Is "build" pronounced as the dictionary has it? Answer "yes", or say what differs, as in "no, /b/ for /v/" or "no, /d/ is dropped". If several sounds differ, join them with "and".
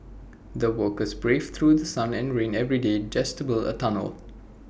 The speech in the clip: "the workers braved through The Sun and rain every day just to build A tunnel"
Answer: no, /d/ is dropped